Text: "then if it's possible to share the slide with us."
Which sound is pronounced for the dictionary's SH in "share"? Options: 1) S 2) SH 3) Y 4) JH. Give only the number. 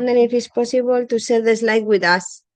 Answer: 1